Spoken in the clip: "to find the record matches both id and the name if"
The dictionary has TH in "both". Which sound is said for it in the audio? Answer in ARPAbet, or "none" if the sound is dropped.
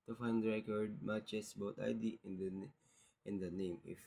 T